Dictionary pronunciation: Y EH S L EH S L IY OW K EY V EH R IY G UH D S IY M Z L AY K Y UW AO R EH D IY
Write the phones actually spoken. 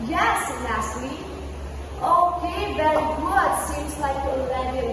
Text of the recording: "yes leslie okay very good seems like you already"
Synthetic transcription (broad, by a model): Y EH S N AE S L IY OW K EY V EH R IY G UH D S IY M Z L AY K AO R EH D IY